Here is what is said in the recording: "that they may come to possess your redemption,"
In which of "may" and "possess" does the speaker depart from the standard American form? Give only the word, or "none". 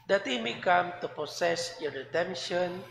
possess